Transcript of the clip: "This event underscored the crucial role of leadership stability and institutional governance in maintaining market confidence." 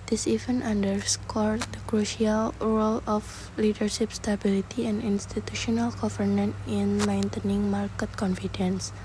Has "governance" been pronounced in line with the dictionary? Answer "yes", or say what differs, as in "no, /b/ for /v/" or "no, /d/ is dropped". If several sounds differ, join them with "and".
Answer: no, /s/ is dropped